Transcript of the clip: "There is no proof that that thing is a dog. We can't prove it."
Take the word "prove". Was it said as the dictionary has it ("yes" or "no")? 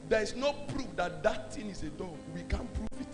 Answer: no